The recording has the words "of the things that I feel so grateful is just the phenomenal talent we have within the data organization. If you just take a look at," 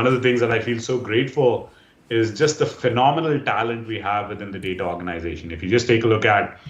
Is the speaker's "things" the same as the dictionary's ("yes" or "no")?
no